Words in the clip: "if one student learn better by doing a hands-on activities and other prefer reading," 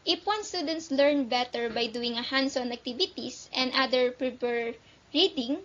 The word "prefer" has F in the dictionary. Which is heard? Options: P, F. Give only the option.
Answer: P